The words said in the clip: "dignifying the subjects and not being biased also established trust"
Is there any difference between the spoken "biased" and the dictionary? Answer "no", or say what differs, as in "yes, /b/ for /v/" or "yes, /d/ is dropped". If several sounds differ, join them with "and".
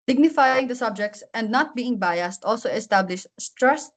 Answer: no